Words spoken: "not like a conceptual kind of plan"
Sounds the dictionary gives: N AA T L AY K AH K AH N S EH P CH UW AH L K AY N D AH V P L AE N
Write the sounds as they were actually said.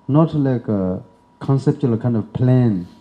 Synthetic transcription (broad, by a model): N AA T L AY K AH K AH N S EH P CH UW AH L K AY N D AH V P L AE N